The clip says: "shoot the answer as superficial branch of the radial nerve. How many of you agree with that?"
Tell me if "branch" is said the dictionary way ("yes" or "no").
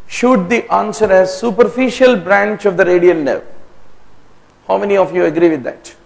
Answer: yes